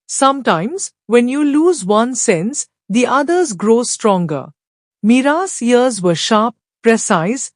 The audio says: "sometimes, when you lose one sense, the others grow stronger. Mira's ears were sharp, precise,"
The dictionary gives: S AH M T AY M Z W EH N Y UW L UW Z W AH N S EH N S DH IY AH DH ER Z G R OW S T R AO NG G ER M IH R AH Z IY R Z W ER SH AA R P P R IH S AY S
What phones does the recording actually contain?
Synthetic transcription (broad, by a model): S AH M T AY M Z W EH N Y UW L UW Z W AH N S EH N S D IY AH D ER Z G R OW S T R AO NG G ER M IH R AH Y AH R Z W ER SH AA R P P R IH S AY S